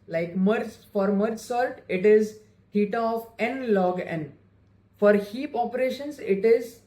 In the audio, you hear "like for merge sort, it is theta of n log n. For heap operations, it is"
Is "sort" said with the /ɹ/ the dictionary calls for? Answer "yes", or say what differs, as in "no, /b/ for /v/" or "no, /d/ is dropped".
no, /l/ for /ɹ/